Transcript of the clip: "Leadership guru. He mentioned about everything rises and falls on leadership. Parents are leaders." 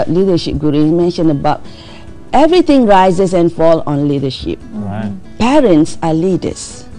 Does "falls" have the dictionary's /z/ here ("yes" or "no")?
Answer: no